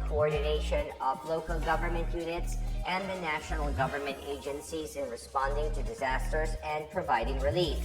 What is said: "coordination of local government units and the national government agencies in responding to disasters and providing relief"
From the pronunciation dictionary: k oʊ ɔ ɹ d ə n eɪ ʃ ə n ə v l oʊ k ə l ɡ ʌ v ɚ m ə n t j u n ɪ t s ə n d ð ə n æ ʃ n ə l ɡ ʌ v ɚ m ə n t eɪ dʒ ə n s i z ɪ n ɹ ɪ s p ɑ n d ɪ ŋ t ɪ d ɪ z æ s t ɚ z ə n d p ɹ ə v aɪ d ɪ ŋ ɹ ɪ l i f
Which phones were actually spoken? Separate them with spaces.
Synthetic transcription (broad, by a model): k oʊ ɔ ɹ d n eɪ ʃ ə n ə v l oʊ k ə l ɡ ʌ v ɚ m ə n t j u n ɪ t s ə n ð ə n æ ʃ n l ɡ ʌ v ɚ m ə n t eɪ dʒ ə n s i z ɪ n ɹ ɪ s p ɑ n d ɪ ŋ t ɪ d ɪ z æ s t ɚ z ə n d p ɹ ə v aɪ d ɪ ŋ ɹ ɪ l i f